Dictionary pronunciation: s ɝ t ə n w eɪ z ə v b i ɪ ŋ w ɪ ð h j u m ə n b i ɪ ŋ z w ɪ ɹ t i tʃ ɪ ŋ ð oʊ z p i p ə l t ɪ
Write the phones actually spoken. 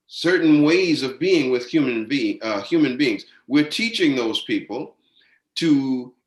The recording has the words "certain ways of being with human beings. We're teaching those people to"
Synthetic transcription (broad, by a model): s ɝ t n w eɪ z ə v b i ɪ ŋ w ɪ ð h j u m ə n b i ɪ ŋ z w ɪ ɹ t i tʃ ɪ ŋ ð oʊ z p i p l t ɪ